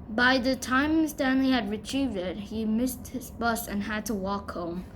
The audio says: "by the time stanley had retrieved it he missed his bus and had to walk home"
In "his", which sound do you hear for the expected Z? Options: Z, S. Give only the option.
Z